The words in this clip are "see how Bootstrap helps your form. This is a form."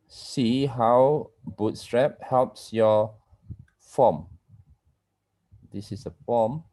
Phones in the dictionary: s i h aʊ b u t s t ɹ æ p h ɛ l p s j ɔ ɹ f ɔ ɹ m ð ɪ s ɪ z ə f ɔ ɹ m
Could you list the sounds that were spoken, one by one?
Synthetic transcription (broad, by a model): s i h aʊ b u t s t ɹ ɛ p h ɛ l p s j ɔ f ɔ m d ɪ s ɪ s ə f ɔ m